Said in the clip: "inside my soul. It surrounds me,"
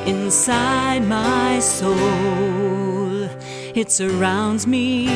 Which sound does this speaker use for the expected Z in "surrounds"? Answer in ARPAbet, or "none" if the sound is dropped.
Z